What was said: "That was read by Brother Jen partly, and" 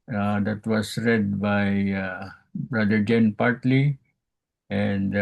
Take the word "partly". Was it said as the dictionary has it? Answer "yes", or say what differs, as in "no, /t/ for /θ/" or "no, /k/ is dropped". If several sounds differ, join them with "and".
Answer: yes